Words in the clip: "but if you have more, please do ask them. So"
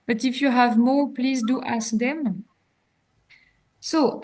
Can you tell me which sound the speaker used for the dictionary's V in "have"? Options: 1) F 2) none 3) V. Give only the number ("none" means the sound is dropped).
3